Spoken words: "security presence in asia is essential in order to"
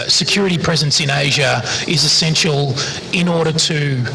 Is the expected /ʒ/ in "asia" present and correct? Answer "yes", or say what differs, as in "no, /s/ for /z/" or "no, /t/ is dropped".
yes